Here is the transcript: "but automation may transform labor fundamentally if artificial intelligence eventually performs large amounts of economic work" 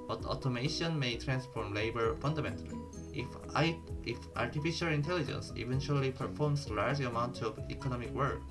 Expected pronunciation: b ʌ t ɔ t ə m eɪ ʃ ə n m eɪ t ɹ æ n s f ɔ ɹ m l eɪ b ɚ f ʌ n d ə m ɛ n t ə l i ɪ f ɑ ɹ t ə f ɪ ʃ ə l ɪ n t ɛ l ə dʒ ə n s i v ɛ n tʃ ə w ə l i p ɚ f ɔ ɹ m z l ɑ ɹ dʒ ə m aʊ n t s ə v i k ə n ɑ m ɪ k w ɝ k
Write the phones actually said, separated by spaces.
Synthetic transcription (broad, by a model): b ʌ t ɔ t ə m eɪ ʃ ə n m eɪ t ɹ æ n s f ɔ ɹ m l eɪ b ɚ f ʌ n d ə m ɛ n t ə l i ɪ f ɑ ɹ t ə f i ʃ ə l ɪ n t ɛ l ə dʒ ə n s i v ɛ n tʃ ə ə l i p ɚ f ɔ ɹ m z l ɑ ɹ dʒ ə m aʊ n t ə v i k ə n ɑ m ɪ k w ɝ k